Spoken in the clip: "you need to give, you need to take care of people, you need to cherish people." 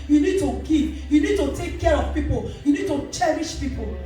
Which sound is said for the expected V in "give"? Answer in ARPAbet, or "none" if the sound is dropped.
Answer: P